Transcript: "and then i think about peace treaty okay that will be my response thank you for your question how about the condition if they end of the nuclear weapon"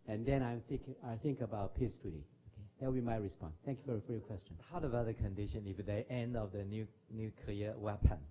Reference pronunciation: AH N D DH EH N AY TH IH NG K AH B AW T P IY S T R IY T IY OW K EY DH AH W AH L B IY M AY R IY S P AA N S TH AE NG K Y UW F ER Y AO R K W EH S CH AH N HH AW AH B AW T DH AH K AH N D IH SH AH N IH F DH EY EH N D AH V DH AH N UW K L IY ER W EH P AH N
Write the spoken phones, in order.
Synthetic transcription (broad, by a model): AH N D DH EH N AY TH IH NG K AH B AW T P IY S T UW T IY OW K EY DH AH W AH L B IY M AY R IY S P AA N S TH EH NG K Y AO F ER Y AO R K W EH S CH AH N HH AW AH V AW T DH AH K AH N D IH SH AH N IH F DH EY EH N D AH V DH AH N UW K L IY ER W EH P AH N